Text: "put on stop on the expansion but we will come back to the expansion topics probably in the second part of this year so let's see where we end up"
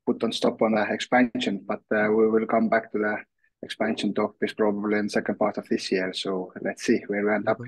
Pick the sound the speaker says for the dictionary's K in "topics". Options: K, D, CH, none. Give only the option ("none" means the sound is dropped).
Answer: none